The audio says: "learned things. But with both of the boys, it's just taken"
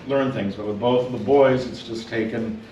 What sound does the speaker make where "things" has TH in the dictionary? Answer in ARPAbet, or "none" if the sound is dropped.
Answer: TH